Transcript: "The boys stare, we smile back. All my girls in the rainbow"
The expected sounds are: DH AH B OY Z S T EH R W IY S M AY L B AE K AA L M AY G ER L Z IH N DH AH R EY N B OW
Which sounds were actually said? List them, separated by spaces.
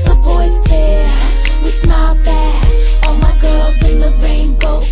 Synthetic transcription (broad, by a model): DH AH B OY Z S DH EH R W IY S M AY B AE AA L M AY G ER L Z IH N DH AH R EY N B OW